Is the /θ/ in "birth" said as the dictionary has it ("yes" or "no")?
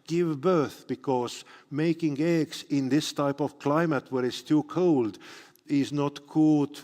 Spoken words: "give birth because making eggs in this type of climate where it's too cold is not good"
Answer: yes